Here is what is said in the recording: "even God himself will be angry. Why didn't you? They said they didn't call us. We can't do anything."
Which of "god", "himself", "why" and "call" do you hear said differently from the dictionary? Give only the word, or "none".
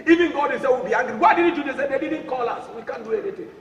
himself